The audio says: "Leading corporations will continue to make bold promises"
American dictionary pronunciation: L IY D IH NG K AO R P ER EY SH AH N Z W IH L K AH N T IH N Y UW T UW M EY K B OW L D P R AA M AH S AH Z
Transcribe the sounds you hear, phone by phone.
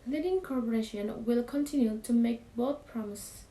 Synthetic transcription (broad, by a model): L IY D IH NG K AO R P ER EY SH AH N W IH L K AH N T IH N Y UW T UW M EY K B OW D P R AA M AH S